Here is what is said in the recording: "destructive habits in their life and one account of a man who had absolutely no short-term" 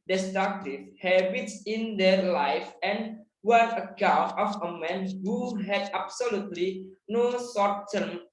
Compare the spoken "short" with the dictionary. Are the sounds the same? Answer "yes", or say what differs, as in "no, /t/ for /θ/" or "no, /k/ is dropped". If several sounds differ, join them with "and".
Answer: no, /s/ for /ʃ/